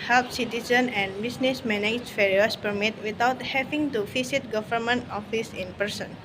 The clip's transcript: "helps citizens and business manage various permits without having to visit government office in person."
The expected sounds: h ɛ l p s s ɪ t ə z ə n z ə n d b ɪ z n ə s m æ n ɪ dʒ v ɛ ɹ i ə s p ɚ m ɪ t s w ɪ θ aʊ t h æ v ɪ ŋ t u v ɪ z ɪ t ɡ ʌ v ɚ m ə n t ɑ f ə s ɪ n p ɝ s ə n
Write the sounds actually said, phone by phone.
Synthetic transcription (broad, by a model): h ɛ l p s s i t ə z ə n ə n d b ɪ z n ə s m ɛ n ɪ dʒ f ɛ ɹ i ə s p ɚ m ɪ t w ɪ t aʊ t h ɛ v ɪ ŋ t u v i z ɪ t ɡ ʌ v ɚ m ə n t ɑ f ə s ɪ n p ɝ s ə n